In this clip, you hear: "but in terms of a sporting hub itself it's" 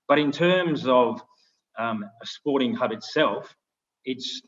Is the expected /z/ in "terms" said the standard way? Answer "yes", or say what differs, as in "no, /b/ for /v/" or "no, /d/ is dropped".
yes